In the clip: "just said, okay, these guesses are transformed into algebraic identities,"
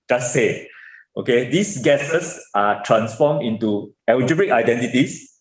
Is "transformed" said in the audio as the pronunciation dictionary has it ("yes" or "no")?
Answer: no